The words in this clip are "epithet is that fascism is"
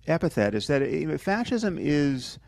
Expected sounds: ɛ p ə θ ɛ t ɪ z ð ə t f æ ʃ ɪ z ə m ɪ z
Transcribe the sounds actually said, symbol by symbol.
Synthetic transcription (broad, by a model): ɛ p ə θ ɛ t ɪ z ð ə t f æ ʃ ɪ z ə m ɪ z